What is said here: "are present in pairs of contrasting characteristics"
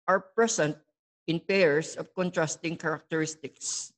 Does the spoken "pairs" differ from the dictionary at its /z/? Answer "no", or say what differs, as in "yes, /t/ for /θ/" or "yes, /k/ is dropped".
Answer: yes, /s/ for /z/